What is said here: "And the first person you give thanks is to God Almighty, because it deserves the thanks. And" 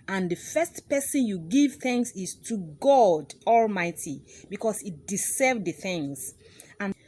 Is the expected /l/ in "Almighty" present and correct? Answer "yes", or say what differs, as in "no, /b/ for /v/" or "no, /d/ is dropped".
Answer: yes